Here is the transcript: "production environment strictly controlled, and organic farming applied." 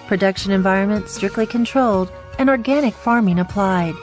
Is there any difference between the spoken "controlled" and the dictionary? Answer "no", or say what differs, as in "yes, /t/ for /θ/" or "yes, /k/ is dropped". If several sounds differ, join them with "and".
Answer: no